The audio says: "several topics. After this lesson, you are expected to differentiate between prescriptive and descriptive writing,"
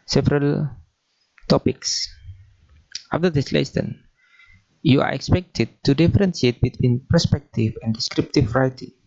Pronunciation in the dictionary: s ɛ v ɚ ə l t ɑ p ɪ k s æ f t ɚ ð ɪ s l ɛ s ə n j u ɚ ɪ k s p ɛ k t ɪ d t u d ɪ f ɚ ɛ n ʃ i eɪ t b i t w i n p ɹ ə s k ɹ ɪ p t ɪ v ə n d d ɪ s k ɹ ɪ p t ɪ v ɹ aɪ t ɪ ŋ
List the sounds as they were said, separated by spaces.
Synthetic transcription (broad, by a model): s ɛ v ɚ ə l t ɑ p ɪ k s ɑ f t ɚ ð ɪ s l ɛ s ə n j u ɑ ɪ k s p ɛ k t ɪ d t u d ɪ f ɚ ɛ n s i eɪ t b i t w i n p ɹ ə s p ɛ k t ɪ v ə n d d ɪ s k ɹ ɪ p t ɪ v ɹ aɪ t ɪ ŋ